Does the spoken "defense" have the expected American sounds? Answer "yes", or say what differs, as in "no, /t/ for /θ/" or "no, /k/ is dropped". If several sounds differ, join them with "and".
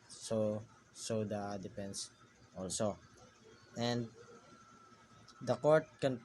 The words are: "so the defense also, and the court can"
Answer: no, /p/ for /f/